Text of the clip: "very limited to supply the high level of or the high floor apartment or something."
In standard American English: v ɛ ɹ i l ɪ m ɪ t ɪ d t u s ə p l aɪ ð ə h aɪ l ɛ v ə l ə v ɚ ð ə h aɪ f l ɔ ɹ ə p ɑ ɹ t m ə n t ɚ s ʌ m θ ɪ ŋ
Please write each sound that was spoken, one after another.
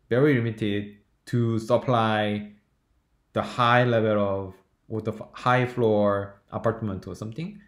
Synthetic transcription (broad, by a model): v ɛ ɹ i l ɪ m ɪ t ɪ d t u s ə p l aɪ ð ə h aɪ l ɛ v ə l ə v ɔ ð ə h aɪ f l ɔ ɹ ə p ɑ ɹ t m ə n t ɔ s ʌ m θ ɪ ŋ